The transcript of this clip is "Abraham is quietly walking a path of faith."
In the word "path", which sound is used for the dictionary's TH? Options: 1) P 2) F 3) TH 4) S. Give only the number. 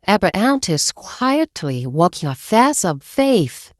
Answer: 4